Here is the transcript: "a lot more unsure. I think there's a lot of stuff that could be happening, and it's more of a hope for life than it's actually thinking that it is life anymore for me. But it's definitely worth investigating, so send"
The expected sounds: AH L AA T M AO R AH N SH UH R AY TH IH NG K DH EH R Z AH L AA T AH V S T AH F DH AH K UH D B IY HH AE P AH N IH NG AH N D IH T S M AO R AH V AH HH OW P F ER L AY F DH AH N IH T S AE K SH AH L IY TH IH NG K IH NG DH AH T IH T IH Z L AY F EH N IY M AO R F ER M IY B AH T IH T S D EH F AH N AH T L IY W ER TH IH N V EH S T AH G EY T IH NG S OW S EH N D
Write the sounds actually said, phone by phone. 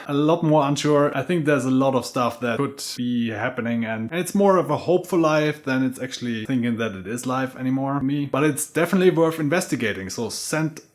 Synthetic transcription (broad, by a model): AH L AA T M AO R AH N SH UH R AY TH IH NG K DH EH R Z AH L AA T AH V S T AH F DH AH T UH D B IY HH AE P AH N IH NG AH N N IH T S M AO R AH V AH HH OW P F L L AY F DH AH N IH T S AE K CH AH L IY TH IH NG K IH NG DH AH T IH T IH Z L AY F EH N IY M AO R M IY B AH T IH T S D EH F AH N AH T L IY W ER TH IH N V EH S T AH G EY T IH NG S OW S EH N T